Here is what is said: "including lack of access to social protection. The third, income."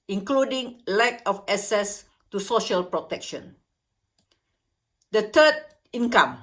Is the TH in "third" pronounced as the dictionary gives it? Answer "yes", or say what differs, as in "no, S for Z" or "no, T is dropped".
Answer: no, T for TH